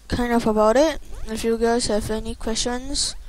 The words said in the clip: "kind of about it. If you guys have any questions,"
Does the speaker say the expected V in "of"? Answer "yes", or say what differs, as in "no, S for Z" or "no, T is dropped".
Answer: no, F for V